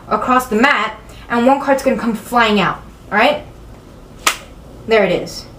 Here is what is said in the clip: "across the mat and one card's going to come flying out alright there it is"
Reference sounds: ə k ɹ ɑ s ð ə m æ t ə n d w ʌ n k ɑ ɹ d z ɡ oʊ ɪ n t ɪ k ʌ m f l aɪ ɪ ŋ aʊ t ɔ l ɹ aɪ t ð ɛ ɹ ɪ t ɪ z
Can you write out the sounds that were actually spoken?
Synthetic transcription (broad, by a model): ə k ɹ ɑ s ð ə m æ t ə n w ʌ n k ɑ ɹ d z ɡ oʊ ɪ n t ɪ k ʌ m f l aɪ ɪ ŋ aʊ t ɹ aɪ t ð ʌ ɹ ɪ t ɪ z